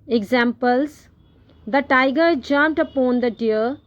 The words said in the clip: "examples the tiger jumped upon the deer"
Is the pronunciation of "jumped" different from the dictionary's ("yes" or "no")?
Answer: yes